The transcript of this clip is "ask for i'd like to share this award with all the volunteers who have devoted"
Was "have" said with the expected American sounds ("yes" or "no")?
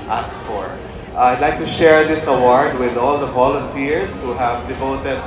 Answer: yes